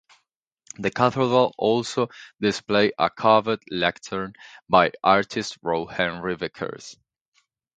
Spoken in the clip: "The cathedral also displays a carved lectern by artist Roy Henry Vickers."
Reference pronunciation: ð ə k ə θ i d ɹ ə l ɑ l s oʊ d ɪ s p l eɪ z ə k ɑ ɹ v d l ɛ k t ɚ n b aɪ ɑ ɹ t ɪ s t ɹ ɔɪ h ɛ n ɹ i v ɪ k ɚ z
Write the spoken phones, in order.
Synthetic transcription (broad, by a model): ð ə k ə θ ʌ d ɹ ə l ɑ l s oʊ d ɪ s p l eɪ ə k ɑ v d l ɛ k t ɚ n b aɪ ɑ ɹ t ɪ s t ɹ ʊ h ɛ n ɹ i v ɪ k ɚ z